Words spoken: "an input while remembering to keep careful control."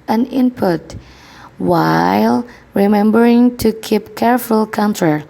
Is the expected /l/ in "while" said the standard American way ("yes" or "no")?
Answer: yes